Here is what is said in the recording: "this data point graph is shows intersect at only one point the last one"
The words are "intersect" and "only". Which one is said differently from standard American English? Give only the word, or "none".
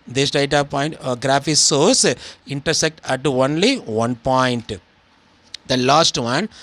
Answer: none